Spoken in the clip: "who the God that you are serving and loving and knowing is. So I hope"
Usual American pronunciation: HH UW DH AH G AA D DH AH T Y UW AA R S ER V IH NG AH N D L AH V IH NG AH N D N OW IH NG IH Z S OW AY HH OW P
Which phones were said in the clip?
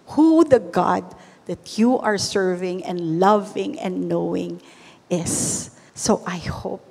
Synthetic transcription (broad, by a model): HH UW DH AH G AA D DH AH T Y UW AA R S ER V IH NG AH N D L AH V IH NG AH N D N OW IH NG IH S OW AY HH OW P